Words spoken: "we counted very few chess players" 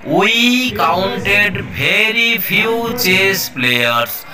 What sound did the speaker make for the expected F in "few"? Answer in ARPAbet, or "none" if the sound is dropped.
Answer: P